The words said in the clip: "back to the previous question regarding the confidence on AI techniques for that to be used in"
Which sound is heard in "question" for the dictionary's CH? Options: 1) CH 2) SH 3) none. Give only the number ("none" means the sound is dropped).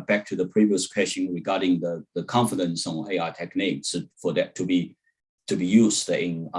2